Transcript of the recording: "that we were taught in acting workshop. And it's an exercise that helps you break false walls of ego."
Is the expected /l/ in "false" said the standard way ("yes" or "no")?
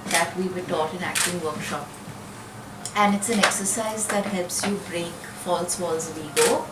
yes